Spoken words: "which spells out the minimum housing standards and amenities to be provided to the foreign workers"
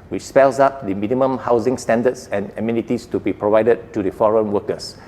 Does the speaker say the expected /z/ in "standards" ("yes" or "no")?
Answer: no